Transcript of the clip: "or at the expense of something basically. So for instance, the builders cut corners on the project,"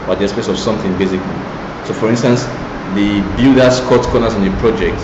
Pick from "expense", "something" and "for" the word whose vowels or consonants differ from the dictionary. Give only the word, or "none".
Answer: expense